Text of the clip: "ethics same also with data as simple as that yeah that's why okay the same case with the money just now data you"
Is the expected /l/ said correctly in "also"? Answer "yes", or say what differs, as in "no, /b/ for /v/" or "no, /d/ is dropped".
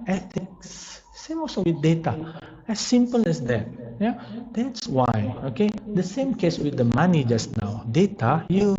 no, /l/ is dropped